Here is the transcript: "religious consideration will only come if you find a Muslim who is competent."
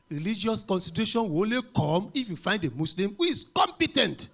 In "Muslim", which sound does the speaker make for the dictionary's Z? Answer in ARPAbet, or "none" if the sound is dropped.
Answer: S